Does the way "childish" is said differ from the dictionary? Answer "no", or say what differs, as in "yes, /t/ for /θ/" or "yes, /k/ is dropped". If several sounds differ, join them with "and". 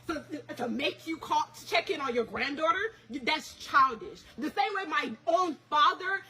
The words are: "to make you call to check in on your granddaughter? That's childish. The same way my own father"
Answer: no